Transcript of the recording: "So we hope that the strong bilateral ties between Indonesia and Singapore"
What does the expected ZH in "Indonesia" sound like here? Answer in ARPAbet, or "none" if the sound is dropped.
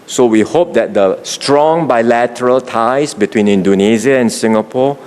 Z